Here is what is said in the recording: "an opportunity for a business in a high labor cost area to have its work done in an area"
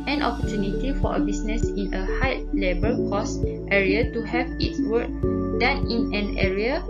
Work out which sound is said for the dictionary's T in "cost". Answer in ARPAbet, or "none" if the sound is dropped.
T